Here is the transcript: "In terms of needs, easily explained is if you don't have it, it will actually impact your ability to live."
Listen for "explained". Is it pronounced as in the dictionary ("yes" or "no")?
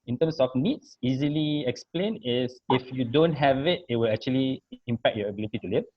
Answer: no